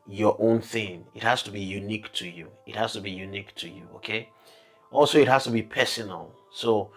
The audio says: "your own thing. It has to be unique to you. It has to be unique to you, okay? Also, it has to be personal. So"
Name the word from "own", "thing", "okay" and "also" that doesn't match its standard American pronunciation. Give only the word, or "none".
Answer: none